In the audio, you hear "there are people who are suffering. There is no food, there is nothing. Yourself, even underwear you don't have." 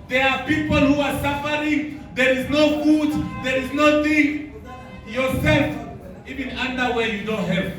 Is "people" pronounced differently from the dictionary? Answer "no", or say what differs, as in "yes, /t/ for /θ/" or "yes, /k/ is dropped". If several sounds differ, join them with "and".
no